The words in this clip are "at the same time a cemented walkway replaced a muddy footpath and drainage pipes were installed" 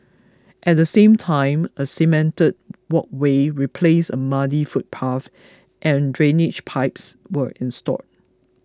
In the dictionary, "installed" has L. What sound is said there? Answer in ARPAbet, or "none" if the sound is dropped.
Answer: none